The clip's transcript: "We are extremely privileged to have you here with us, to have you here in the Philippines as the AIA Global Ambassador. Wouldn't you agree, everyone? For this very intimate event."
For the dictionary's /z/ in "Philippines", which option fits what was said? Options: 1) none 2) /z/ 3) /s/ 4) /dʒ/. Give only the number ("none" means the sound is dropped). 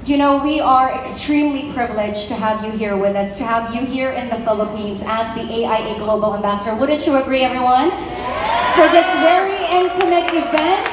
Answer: 2